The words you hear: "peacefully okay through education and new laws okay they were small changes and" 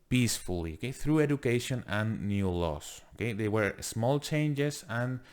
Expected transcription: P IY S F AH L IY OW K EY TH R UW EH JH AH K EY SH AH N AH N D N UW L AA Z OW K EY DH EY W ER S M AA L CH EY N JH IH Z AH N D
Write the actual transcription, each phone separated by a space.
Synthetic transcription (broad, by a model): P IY S F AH L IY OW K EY TH R UW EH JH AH K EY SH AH N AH N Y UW L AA S OW K EY DH EY W ER S M AA L CH EY N JH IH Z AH N